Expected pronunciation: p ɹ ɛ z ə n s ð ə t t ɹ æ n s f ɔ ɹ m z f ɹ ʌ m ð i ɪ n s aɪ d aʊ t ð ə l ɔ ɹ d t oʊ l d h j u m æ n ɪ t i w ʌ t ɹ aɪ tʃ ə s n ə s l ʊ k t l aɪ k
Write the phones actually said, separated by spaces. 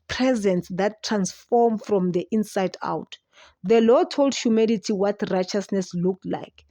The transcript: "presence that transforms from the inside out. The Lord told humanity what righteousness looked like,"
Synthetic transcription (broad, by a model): p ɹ ɛ z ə n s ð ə t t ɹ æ n s f ɔ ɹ m f ɹ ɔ m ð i ɪ n s aɪ d aʊ t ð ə l ɔ t oʊ l d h j u m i l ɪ t i w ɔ t ɹ aɪ tʃ ə s n ə s l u k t l aɪ k